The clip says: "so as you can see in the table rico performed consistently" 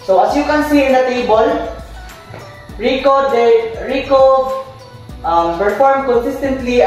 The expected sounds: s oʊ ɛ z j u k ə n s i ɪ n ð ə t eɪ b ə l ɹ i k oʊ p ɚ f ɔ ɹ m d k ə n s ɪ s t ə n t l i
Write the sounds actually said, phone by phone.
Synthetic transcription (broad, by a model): s oʊ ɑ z j u k ə n s i ɪ n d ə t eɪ b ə l ɹ i k oʊ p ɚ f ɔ ɹ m k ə n s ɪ s t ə n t l i